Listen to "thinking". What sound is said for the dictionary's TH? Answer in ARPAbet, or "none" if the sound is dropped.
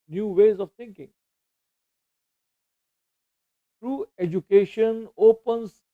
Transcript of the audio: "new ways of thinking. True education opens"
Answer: T